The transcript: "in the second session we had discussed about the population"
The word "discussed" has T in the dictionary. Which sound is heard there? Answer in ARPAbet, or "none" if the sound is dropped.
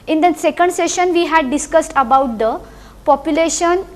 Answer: T